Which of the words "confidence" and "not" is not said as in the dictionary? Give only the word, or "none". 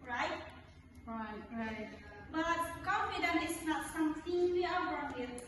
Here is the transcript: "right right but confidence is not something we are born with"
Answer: confidence